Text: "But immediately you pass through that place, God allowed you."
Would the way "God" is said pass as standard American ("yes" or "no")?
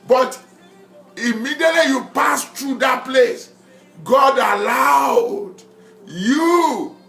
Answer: yes